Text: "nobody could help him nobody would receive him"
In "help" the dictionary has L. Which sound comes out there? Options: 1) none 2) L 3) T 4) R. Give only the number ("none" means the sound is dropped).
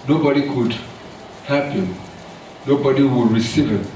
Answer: 1